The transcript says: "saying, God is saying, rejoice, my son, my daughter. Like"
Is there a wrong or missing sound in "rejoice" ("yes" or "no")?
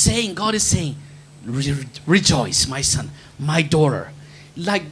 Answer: no